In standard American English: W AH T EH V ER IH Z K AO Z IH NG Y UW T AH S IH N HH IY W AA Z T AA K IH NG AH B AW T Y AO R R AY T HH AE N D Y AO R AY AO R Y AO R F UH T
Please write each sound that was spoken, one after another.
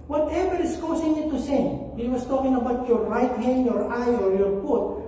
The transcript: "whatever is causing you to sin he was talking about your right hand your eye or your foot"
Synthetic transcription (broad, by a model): W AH T EH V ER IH S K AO S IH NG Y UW T AH S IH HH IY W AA S T AA K IH NG AH B AW T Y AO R R AY T HH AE N D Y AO R AY AO R Y AO R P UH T